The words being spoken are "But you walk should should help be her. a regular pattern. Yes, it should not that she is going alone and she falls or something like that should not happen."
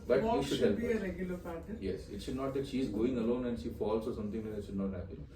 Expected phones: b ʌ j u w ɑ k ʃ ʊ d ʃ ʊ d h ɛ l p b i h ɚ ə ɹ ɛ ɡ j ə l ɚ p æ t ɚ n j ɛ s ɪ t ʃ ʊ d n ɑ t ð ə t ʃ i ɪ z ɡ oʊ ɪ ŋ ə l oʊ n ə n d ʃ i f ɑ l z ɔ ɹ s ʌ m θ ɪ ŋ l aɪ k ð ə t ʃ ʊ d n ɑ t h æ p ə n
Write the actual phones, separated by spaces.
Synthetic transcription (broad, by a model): b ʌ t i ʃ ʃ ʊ h ɛ l p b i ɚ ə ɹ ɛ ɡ j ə l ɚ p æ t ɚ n j ɛ s ɪ t ʃ ʊ d n ɑ t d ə t ʃ i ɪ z ɡ oʊ ɪ ŋ ə l oʊ n ə n d ʃ i f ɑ l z ɔ ɹ s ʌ m t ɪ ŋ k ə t ʃ ʊ d n ɑ t h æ p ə n